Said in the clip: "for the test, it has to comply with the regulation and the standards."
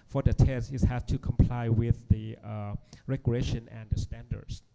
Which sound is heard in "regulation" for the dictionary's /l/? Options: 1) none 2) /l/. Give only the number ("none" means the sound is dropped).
1